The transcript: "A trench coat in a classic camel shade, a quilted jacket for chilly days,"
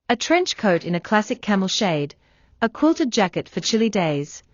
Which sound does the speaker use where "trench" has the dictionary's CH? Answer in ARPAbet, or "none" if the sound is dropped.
CH